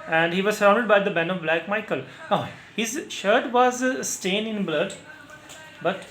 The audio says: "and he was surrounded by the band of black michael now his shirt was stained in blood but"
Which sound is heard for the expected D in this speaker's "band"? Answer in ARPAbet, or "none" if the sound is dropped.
none